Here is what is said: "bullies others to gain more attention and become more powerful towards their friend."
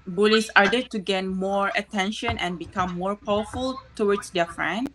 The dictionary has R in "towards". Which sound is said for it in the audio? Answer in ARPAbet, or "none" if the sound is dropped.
W